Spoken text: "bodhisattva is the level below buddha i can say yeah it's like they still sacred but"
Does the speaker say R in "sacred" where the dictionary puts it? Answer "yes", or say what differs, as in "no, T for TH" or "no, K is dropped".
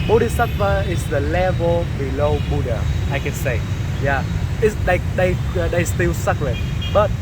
no, L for R